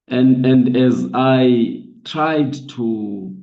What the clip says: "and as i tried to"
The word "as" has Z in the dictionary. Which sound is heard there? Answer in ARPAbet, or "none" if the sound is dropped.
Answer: Z